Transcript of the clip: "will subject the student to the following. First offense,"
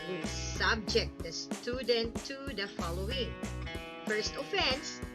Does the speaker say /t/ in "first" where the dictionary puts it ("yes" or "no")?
yes